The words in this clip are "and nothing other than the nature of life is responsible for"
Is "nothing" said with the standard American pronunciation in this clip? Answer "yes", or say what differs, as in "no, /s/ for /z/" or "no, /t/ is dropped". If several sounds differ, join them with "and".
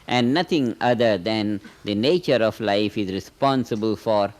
no, /t/ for /θ/